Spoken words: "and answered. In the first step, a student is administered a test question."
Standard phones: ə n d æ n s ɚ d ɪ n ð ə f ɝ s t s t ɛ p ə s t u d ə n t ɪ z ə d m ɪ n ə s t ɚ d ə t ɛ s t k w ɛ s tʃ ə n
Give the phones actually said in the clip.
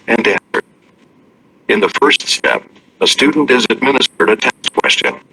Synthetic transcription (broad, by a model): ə n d æ n s ɚ d ɪ n ð ə f ɝ s t s t ɛ p ə s t u d n t ɪ z ə d m ɪ n ə s t ɚ d ə t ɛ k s k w ɛ s tʃ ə n